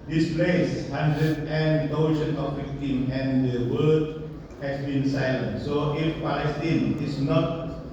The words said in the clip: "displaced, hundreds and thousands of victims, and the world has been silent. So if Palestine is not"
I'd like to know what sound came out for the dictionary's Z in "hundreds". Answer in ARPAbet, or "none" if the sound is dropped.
none